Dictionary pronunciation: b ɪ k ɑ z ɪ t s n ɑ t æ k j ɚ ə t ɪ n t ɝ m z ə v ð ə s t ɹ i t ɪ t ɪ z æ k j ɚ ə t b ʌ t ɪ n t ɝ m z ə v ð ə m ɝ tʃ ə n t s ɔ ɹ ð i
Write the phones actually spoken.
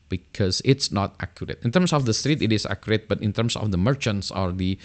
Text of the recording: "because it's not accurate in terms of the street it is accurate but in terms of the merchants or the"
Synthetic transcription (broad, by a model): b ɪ k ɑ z ɪ t s n ɑ t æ k j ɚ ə t ɪ n t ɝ m s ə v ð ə s t ɹ i t ɪ t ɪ s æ k j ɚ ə t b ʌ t ɪ n t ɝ m s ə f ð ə m ɝ tʃ ə n t s ɔ ɹ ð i